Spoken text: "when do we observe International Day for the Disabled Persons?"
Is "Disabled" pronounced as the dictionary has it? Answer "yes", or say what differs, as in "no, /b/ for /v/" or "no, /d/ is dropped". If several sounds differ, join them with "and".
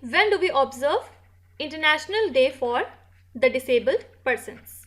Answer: yes